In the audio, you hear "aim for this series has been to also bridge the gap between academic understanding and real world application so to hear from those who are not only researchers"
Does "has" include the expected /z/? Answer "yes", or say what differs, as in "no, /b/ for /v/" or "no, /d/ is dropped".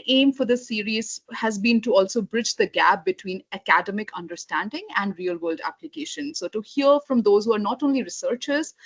yes